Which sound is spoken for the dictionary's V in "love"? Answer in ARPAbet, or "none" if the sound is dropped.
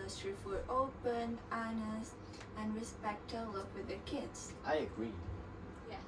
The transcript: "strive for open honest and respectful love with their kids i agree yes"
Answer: P